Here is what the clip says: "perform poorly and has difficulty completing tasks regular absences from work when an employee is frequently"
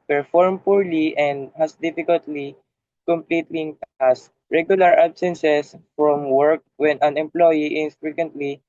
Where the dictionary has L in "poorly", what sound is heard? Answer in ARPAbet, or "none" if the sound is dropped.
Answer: L